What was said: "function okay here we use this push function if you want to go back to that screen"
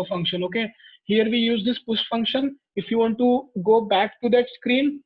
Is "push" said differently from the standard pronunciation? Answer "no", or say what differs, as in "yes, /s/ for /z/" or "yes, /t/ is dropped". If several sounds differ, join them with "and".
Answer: yes, /s/ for /ʃ/